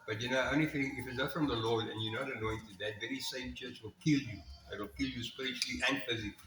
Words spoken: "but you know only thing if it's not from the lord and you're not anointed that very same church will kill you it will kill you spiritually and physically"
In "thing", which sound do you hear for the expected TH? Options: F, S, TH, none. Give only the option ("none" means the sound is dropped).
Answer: F